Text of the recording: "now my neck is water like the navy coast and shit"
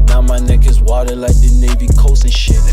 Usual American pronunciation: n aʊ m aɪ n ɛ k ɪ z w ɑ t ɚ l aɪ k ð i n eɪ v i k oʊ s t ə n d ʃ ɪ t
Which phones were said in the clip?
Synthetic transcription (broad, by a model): n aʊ m aɪ n ɛ k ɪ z w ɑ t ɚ l aɪ k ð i n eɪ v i k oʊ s ə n ʃ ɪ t